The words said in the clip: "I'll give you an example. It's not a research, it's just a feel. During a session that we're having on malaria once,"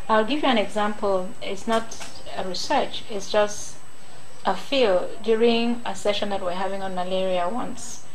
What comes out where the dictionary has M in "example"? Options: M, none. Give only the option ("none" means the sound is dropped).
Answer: M